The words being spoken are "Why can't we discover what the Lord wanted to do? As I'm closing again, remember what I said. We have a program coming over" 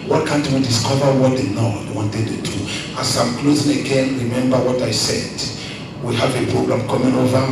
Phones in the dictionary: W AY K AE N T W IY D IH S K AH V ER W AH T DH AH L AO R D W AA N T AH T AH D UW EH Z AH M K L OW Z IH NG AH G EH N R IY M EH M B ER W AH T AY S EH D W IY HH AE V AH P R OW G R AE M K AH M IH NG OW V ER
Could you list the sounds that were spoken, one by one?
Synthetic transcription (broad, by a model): W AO K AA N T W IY D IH S K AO V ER W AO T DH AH N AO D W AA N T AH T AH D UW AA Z AH M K L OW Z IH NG AH G EH N R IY M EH M B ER W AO T AY S EH D W IY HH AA V AH P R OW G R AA M K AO M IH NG OW V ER